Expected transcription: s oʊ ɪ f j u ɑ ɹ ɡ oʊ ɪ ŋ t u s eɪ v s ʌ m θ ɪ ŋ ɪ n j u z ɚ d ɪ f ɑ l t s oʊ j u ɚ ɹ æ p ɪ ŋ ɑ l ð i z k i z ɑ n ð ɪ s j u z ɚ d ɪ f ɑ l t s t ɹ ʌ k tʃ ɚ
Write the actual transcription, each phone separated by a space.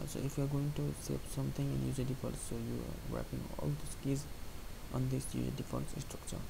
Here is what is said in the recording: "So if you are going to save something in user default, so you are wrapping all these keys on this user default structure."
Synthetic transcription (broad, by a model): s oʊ ɪ f j u ɑ ɹ ɡ oʊ ɪ ŋ t u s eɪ p s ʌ m t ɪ ŋ ɪ n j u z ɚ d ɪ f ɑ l s oʊ j u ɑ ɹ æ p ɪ ŋ ɑ l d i s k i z ɑ n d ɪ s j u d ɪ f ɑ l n s t ɹ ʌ k tʃ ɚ